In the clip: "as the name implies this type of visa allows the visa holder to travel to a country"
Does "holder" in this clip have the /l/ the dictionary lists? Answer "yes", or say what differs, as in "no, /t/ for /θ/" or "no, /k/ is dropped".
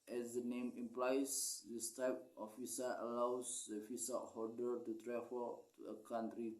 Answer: no, /l/ is dropped